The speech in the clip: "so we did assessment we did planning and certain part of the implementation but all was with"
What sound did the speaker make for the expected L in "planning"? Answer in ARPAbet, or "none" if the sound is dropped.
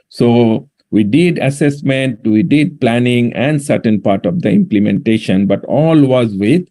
L